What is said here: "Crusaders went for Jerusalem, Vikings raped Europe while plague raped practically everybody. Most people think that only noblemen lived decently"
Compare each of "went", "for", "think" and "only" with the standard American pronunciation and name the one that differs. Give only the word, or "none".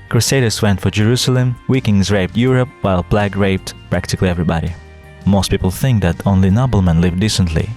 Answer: none